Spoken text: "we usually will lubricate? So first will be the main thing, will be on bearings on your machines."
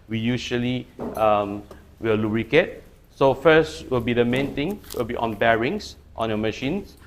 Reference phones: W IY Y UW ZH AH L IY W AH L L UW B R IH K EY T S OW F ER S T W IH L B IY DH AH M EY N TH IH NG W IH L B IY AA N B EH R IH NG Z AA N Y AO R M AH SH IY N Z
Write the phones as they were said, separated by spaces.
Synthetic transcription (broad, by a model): W IY Y UW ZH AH L IY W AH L L UW B R IH K EY T S OW F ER S T W IH L B IY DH AH M EY N T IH NG W IH L B IY AA N B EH R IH NG S AA N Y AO M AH SH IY N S